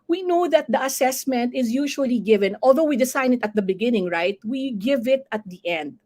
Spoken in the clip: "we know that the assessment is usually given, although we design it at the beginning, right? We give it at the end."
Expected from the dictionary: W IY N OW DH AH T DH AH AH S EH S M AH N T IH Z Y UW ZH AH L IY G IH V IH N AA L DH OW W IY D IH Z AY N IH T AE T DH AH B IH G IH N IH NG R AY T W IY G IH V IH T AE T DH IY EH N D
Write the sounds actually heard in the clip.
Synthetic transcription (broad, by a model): W IY N OW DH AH T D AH AH S EH S M AH N T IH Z Y UW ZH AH L IY G IH V IH N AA L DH OW W IY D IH S AY N IH T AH T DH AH B IH G IH N IH NG R AY T W IY G IH V IH T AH T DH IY EH N D